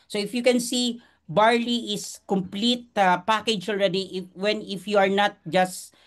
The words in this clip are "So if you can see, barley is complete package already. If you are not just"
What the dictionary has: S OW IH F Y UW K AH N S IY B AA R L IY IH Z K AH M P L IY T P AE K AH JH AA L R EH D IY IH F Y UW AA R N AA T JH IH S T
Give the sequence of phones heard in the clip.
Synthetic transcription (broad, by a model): S OW IH F Y UW K AH N S IY B AA R L IY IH S K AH M P L IY T P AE K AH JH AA L R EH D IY IH F Y UW AA R N AA T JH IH S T